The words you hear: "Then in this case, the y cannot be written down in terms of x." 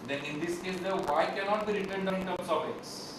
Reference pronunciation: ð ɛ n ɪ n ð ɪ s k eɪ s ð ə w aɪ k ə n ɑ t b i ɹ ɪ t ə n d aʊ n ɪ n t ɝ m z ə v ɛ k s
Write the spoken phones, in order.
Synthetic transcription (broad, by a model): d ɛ n ɪ n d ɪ s k eɪ s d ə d aɪ k ə n ɑ t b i ɹ ɪ t ə n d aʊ ɪ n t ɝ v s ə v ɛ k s